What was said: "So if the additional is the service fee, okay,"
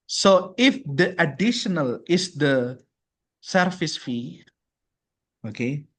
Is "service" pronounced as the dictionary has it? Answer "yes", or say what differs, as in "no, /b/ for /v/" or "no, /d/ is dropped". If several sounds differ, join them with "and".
no, /f/ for /v/